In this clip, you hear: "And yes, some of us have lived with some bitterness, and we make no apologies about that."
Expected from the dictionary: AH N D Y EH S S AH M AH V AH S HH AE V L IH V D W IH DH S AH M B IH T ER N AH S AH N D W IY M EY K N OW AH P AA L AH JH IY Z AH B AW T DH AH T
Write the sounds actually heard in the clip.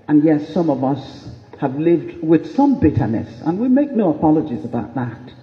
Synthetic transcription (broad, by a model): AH N Y EH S S AH M AH V AH S HH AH V L IH V D W IH DH S AH M B IH T ER N AH S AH N W IY M EY K N OW AH P AA L AH JH IY Z AH B AW T DH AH T